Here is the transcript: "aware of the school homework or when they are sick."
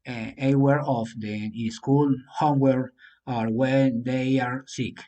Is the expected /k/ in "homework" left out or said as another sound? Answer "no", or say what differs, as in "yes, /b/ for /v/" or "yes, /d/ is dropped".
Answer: yes, /k/ is dropped